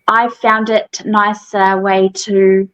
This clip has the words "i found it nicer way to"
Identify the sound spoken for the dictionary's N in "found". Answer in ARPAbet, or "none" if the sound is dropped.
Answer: N